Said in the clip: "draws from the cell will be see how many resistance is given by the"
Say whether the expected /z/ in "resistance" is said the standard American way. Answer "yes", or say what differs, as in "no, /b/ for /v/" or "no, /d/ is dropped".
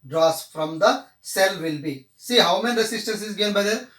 no, /s/ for /z/